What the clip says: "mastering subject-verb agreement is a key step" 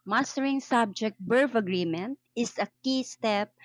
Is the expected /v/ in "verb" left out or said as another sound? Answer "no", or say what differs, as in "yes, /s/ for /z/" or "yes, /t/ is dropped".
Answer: yes, /b/ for /v/